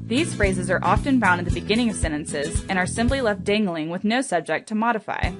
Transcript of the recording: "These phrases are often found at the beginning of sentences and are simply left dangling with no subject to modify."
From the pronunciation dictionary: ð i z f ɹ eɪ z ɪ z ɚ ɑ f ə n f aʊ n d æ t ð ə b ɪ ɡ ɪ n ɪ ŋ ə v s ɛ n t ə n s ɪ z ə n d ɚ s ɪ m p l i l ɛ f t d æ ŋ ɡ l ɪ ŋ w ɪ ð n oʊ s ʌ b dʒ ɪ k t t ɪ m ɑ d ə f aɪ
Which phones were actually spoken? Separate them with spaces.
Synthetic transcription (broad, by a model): ð i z f ɹ eɪ z ɪ z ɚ ɑ f ə n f aʊ n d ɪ t ð ə b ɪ ɡ ɪ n ɪ ŋ ə v s ɛ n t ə n s ɪ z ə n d ɚ s ɪ m p l i l ɛ f t d æ ŋ ɡ l ɪ ŋ w ɪ ð n oʊ s ʌ b dʒ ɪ k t t ɪ m ɑ d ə f aɪ